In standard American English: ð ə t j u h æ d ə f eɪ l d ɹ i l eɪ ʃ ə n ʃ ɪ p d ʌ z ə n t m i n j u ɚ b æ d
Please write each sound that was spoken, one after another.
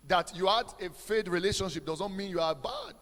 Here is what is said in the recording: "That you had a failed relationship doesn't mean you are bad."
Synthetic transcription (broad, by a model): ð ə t j u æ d ə f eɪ d ɹ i l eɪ ʃ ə n ʃ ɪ p d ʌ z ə n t m i n j u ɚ b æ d